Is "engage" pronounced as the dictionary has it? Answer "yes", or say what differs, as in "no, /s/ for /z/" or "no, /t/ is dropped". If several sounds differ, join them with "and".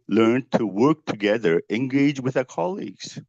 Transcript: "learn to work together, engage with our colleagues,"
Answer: yes